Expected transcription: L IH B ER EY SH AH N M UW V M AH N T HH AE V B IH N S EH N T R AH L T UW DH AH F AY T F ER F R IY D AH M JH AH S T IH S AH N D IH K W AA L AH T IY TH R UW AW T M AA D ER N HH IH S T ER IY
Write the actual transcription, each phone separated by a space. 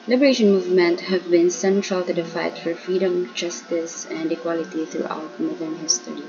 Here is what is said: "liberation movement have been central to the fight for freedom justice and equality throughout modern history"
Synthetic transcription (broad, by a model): L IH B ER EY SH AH N M UW V M AH N T HH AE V B IH N S EH N T R AH L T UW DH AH F AY T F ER F R IY D AH M JH AH S T IH S AH N D IH K W AA L AH T IY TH R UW AW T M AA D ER N HH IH S T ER IY